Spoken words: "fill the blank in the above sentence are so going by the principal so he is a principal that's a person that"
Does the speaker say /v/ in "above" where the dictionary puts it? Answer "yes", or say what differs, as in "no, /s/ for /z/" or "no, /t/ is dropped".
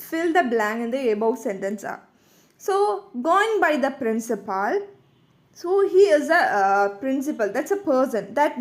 no, /w/ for /v/